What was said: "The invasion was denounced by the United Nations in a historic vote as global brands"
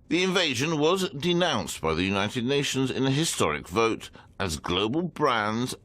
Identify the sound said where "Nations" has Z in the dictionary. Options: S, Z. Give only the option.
Z